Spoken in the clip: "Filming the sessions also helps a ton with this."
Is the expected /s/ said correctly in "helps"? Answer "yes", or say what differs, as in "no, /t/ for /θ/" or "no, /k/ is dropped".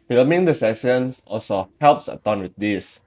yes